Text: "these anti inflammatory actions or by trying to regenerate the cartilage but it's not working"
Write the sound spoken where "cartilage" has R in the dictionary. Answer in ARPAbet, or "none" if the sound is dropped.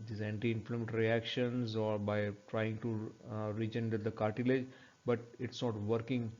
R